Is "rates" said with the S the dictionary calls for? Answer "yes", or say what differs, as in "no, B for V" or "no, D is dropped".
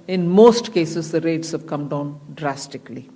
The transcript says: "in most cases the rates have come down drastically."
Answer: yes